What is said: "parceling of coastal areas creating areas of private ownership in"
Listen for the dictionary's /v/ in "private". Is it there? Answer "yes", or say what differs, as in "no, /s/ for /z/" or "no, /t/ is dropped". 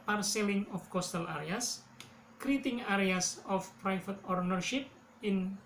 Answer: no, /f/ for /v/